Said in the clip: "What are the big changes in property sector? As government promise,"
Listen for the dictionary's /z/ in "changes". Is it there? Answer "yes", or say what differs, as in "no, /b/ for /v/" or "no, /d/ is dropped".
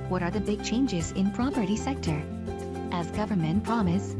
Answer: yes